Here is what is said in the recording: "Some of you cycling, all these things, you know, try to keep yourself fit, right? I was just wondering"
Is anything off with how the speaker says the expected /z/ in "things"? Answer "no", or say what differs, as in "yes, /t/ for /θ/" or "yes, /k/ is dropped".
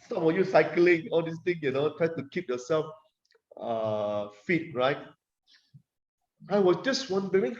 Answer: yes, /z/ is dropped